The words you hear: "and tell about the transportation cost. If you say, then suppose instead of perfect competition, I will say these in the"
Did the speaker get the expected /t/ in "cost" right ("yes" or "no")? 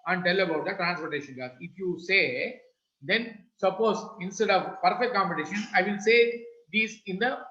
no